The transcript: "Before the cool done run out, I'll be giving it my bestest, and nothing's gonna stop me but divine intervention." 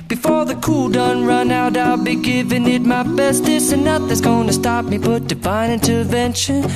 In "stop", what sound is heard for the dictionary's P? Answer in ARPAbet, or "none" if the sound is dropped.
P